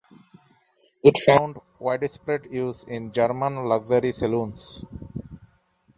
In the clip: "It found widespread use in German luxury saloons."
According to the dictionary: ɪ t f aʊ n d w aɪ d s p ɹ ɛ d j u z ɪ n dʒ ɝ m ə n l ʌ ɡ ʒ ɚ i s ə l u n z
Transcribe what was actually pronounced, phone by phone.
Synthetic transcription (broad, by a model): ɪ t f aʊ n d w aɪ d s p ɹ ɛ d j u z ɪ n dʒ ɝ m ə n l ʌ ɡ z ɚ i s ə l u n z